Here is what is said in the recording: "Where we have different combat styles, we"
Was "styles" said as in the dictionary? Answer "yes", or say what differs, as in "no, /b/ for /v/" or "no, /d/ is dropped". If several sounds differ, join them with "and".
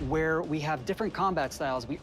yes